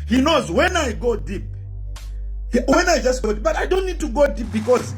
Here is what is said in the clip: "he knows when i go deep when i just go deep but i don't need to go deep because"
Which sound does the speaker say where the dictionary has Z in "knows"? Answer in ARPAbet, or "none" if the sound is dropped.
Z